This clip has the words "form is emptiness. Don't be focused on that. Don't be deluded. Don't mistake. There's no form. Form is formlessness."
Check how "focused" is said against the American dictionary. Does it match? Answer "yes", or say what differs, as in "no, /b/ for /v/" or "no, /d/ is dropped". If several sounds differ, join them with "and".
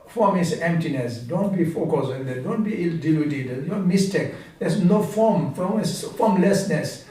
no, /t/ is dropped